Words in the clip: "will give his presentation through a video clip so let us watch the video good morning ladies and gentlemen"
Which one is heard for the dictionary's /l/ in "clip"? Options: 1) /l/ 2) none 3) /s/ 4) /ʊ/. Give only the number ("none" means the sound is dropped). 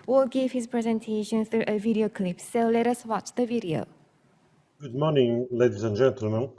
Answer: 1